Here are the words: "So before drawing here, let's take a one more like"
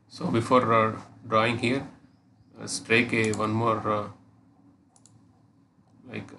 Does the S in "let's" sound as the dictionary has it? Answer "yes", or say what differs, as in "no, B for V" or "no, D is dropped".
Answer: no, S is dropped